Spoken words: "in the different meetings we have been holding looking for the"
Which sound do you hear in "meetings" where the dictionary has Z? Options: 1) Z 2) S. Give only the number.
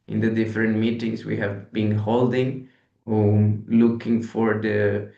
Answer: 2